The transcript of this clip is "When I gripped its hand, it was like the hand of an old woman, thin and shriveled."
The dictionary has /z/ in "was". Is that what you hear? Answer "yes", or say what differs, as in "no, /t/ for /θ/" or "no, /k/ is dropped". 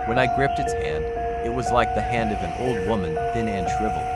yes